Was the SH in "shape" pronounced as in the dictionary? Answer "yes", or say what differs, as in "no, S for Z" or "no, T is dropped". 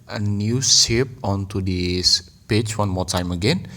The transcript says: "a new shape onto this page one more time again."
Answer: no, S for SH